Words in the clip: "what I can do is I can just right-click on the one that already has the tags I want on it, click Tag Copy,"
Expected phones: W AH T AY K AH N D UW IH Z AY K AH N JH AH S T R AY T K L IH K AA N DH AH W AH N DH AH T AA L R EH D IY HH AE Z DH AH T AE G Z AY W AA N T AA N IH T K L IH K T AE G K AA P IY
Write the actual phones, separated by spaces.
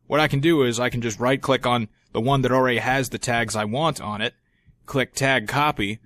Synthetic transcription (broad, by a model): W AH T AY K AH N D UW IH Z AY K N JH AH S T R AY T K L IH K N DH AH W AH N DH AH T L R EH D IY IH Z DH AH T AE G Z AY W AA N T N IH T K L IH K T AE G K AA P IY